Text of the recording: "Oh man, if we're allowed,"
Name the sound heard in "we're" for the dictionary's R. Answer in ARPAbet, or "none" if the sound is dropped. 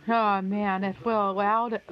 L